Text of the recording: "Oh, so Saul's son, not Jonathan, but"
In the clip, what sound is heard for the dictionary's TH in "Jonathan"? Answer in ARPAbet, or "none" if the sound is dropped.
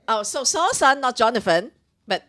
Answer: F